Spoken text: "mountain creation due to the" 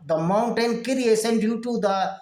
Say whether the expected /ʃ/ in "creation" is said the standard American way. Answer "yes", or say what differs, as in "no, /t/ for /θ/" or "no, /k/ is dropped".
no, /s/ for /ʃ/